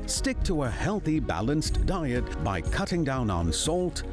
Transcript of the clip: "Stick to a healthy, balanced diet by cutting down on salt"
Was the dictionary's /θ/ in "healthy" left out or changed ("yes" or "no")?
no